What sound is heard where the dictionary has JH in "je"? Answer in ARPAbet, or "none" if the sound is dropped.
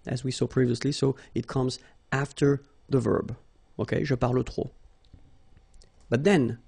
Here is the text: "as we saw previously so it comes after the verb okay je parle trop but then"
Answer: ZH